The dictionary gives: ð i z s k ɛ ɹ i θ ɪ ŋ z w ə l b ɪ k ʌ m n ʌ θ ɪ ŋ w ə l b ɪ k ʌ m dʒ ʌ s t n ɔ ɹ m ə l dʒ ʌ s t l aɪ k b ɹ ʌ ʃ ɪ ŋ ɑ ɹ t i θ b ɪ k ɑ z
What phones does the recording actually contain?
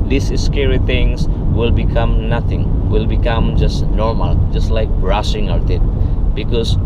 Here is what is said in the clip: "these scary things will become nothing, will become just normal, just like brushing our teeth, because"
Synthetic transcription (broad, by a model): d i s s k ɛ ɹ i t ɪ ŋ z w ə l b ɪ k ʌ m n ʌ t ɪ ŋ w ə l b ɪ k ʌ m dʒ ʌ s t n ɔ ɹ m ə l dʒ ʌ s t l aɪ k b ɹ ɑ s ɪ ŋ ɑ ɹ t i t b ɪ k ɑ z